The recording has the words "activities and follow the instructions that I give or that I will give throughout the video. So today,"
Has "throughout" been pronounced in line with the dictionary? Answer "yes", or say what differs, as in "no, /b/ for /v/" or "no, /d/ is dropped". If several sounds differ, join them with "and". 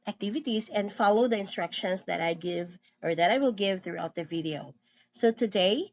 yes